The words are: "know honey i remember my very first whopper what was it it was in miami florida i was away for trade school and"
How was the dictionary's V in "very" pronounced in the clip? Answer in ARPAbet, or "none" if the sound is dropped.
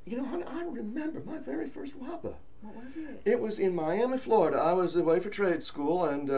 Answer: V